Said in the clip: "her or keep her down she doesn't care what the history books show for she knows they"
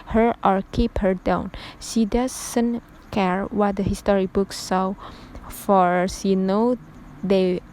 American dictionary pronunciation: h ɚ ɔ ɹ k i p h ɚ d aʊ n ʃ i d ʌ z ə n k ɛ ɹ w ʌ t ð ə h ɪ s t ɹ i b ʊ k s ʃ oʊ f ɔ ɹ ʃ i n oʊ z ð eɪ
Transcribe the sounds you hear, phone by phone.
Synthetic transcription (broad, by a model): h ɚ ɔ ɹ k i p h ɚ d aʊ n ʃ i d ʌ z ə n k ɛ ɹ w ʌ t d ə h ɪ s t ɹ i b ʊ k s s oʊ f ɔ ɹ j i n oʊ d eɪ